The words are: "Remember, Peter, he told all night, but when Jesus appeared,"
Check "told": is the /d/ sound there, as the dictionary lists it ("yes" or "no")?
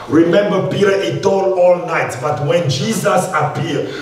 no